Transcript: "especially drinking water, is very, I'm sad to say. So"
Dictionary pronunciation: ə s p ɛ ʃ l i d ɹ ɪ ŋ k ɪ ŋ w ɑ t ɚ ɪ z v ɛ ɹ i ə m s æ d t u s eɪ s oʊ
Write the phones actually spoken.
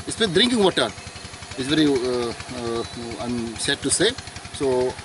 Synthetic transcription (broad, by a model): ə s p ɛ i d ɹ ɪ ŋ k ɪ ŋ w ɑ t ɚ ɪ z v ɛ ɹ i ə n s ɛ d t u s eɪ s oʊ